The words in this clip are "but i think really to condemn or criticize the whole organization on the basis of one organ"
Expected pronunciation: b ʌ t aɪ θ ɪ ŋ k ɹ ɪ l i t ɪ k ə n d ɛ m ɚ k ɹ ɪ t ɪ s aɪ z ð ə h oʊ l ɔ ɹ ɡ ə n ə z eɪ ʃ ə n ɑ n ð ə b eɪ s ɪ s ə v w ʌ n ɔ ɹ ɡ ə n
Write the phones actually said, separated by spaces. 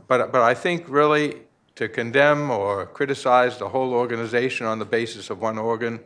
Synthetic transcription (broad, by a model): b ʌ t aɪ θ ɪ ŋ k ɹ ɪ l i t ɪ k ə n d ɛ m ɚ k ɹ ɪ t ɪ s aɪ z ð ə h oʊ l ɔ ɹ ɡ ə n ə z eɪ ʃ ə n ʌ n ð ə b eɪ s ɪ s ə v w ʌ n ɔ ɹ ɡ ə n